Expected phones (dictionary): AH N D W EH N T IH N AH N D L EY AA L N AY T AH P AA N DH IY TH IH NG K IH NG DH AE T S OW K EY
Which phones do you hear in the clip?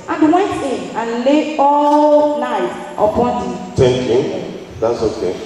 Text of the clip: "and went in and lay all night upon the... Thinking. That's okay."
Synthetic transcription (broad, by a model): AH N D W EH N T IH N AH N L EY AA L N AY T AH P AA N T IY T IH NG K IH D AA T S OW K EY